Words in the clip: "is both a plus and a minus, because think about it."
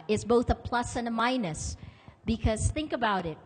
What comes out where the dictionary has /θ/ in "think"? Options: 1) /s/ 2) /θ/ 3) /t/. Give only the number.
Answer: 2